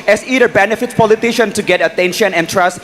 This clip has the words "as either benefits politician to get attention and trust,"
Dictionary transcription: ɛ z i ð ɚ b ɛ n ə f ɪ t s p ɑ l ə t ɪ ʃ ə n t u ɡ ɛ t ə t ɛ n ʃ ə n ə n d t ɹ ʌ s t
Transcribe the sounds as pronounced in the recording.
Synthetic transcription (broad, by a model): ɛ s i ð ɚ b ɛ n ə f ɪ t p ɑ l ə t ɪ ʃ ə n t u ɡ ɛ t ə t ɛ n ʃ ə n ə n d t ɹ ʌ s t